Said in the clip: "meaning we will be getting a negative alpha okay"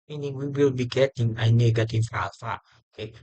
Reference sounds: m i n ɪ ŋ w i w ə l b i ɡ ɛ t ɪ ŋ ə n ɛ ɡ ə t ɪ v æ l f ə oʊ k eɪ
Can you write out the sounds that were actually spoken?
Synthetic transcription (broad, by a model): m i n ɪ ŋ w i w ə l b i ɡ ɛ t ɪ ŋ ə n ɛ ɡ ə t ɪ f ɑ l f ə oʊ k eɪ